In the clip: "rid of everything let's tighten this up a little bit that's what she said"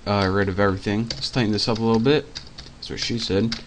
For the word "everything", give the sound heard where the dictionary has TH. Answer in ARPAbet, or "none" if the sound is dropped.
TH